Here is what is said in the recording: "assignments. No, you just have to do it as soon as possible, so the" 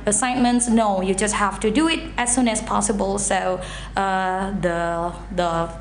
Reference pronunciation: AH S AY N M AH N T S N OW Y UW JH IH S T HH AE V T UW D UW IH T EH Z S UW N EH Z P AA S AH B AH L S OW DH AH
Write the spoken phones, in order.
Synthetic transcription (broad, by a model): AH S AY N M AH N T S N OW Y UW JH IH S T HH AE F T UW D UW IH T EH S UW N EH S P AA S AH B AH L S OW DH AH